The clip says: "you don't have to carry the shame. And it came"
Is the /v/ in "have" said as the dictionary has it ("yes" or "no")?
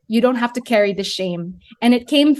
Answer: no